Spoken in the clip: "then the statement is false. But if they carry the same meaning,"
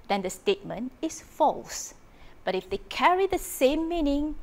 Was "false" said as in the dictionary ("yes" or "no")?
yes